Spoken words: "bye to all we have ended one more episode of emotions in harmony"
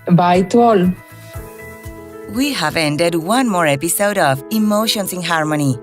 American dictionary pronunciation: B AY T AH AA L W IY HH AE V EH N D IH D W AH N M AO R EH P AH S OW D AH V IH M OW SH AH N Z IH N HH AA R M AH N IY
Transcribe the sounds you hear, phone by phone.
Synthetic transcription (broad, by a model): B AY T AA L W IY HH AE V EH N D IH D W AH N M AO R EH P AH S OW D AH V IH M OW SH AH N S IH N HH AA R M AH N IY